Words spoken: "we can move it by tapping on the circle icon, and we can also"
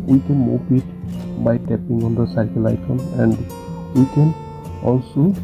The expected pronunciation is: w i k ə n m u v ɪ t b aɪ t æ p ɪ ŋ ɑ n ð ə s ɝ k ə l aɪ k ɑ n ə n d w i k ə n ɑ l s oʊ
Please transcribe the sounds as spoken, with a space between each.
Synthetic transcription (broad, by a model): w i k ə n m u p ɪ t b aɪ t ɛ p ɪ ŋ ɑ n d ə s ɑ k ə l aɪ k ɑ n ə n d w i k ə n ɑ l s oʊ